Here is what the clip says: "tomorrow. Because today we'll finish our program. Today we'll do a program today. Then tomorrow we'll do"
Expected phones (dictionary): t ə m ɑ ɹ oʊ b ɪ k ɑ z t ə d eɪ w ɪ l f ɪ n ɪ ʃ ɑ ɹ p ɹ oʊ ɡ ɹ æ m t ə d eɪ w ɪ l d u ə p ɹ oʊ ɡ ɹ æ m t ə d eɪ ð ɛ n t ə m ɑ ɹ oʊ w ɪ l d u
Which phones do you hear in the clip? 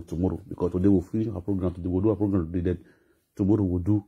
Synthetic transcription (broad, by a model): t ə m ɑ ɹ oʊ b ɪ k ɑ s t ə d eɪ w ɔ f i ɪ ɑ p ɹ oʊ ɡ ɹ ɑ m t ə d eɪ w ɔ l d u ə p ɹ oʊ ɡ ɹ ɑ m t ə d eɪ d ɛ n t ə m ɑ ɹ oʊ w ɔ d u